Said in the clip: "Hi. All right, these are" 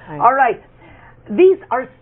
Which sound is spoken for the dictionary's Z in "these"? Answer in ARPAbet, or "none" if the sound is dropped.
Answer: Z